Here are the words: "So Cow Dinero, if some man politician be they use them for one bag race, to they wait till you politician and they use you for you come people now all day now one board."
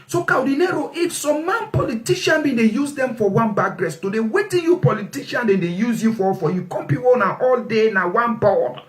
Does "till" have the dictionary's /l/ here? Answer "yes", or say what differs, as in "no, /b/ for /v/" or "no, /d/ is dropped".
no, /n/ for /l/